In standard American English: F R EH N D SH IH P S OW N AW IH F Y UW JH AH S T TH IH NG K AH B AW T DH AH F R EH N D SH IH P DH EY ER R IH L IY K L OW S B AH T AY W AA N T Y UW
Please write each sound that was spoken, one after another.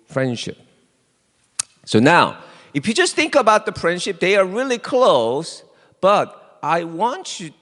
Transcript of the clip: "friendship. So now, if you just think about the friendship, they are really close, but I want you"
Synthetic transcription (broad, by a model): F R EH N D SH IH P S OW N AW IH F Y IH JH AH S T TH IH NG K AH B AW T DH AH F R EH N D SH IH P DH EY ER R IH L IY K L OW S B AH T AY W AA N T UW